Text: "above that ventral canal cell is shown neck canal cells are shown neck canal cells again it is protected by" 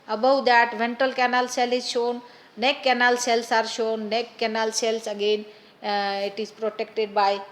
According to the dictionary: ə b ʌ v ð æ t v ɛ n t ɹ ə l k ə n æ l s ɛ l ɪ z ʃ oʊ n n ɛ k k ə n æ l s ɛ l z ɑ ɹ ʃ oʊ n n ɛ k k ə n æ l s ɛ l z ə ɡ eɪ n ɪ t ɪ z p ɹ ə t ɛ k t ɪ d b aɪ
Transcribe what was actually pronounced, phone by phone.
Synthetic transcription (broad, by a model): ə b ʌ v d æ t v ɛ n t ə l k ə n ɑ l s ɛ l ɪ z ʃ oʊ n n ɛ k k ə n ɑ l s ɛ l s ɑ ɹ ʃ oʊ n n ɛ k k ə n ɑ l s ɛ l s ə ɡ eɪ n ɪ t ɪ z p ɹ ə t ɛ k t ɪ d b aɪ